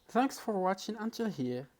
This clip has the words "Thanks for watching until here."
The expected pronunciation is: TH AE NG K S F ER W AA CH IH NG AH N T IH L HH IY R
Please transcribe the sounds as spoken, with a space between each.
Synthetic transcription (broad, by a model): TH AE NG K S F ER W AA CH IH NG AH N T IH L HH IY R